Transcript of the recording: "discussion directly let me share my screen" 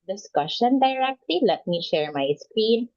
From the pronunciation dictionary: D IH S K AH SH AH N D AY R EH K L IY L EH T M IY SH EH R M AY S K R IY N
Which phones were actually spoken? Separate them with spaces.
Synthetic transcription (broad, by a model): D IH S K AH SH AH N D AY R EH K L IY L EH T M IY SH EH R M AY S K R IY N